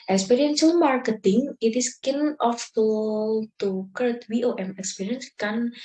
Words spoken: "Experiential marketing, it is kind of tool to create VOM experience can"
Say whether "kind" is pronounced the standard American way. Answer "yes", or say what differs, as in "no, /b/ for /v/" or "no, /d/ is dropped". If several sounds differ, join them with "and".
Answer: no, /d/ is dropped